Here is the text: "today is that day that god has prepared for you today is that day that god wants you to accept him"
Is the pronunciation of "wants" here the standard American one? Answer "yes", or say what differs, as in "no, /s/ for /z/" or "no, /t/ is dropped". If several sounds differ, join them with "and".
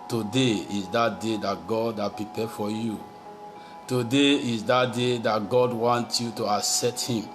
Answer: no, /s/ is dropped